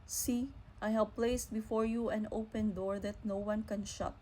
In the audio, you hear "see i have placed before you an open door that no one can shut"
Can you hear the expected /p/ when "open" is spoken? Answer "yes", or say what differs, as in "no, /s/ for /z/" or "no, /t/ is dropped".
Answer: yes